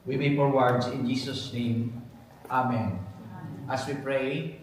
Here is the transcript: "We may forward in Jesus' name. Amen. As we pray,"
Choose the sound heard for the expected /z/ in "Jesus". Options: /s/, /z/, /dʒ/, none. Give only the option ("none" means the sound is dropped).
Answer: /s/